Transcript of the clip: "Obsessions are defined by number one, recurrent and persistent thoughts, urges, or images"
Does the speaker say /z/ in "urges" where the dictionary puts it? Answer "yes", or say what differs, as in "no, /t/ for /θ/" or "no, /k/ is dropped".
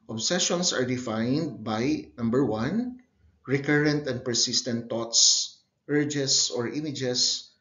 no, /s/ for /z/